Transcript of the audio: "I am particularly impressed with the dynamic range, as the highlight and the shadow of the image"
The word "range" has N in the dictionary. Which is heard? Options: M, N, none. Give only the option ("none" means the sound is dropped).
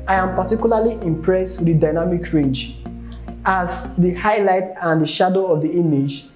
N